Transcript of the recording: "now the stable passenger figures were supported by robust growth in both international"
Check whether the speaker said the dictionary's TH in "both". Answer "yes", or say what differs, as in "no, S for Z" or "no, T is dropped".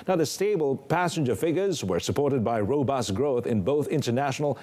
yes